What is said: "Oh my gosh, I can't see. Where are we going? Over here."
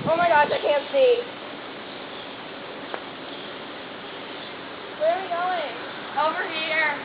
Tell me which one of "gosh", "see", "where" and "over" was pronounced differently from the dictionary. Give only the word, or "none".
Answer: gosh